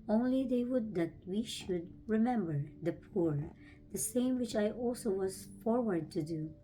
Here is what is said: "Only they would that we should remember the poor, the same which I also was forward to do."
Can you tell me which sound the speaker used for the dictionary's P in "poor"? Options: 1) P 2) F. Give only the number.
1